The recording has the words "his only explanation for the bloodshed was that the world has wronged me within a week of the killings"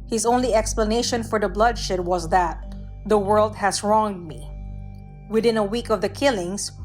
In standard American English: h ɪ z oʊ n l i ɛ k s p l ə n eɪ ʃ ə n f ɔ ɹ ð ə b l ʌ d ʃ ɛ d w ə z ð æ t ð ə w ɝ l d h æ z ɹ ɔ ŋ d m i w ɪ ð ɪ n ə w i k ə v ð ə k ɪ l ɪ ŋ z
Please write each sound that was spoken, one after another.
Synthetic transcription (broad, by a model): h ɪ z oʊ n l i ɛ k s p l ə n eɪ ʃ ə n f ɔ ɹ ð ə b l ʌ d ʃ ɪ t w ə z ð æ t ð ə w ɝ l d h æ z ɹ ɔ ŋ d m i w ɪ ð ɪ n ə w i k ə v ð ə k ɪ l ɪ ŋ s